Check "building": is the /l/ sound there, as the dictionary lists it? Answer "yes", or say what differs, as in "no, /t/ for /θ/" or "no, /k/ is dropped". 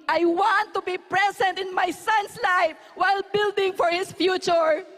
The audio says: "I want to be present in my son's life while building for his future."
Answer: yes